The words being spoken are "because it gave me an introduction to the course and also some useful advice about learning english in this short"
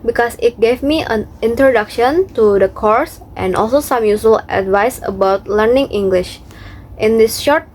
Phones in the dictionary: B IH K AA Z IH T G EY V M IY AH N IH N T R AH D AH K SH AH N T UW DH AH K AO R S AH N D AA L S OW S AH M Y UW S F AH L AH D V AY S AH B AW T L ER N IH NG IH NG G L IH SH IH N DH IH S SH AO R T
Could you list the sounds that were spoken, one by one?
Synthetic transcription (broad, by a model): B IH K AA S IH T G EY V M IY AH N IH N T R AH D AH K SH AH N T UW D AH K AO R S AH N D AA L S OW S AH M Y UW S AH L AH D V AY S AH B AW T L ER N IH NG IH NG G L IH SH IH N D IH S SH AO R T